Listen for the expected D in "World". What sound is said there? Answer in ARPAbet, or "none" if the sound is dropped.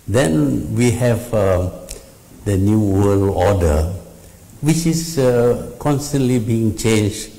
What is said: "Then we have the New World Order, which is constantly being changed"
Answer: none